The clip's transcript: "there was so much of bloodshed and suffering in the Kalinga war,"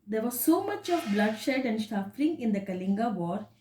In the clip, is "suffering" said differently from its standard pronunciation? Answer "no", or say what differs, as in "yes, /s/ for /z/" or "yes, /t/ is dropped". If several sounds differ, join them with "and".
yes, /ʃ/ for /s/